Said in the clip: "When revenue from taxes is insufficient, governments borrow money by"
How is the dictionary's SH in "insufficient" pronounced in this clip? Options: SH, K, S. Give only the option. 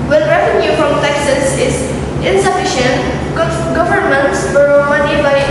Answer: SH